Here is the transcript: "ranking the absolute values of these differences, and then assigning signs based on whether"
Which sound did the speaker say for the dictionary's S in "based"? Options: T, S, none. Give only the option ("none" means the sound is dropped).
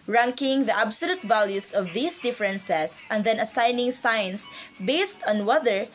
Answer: S